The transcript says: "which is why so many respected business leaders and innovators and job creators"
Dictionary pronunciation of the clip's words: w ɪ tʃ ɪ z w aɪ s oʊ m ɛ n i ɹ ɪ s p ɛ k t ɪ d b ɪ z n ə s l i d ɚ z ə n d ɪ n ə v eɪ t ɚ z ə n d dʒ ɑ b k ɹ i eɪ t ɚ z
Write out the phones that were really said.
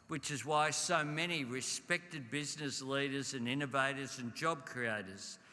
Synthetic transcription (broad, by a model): w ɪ tʃ ɪ z w aɪ s oʊ m ɛ n i ɹ ɪ s p ɛ k t ɪ d b ɪ z n ə s l i d ɚ z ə n ɪ n ə v eɪ t ɚ z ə n dʒ ɑ b k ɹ i eɪ t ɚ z